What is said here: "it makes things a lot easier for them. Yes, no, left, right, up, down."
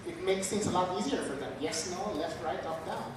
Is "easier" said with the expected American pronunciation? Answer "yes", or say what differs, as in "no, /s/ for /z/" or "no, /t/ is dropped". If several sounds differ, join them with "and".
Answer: yes